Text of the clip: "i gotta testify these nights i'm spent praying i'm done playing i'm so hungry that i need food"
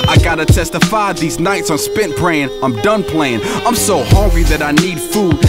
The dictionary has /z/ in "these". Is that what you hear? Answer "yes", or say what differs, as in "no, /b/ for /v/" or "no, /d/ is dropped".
yes